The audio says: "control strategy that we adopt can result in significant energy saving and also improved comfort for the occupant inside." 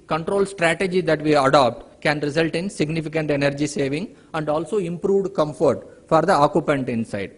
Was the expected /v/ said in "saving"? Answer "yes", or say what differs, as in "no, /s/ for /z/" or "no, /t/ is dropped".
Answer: yes